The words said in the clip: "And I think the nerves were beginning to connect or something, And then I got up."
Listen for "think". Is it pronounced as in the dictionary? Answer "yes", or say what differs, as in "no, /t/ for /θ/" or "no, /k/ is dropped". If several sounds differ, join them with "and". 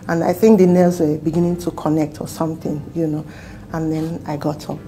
yes